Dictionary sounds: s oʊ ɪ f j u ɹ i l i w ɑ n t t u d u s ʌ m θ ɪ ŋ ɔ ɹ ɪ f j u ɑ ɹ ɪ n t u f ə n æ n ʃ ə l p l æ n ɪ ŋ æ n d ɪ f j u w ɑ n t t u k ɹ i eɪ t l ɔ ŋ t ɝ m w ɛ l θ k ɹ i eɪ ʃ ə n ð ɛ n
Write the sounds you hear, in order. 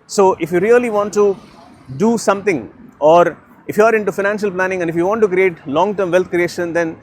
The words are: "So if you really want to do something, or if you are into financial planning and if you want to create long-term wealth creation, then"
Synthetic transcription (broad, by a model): s oʊ ɪ f j u ɹ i l i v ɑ n t t u d u s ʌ m t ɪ ŋ ɔ ɹ ɪ f j u ɑ ɹ ɪ n t u f ə n æ n ʃ ə l p l æ n ɪ ŋ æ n d ɪ f j u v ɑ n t t u k ɹ i eɪ t l ɔ ŋ t ɝ m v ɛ l t k ɹ i eɪ ʃ ə n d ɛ n